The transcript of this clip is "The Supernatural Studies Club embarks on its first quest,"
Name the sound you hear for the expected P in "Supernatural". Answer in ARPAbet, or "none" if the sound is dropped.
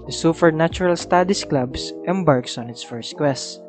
F